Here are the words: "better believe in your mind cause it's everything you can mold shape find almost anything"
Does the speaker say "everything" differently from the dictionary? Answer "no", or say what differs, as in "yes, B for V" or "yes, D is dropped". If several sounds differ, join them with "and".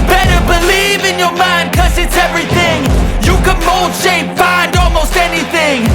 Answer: no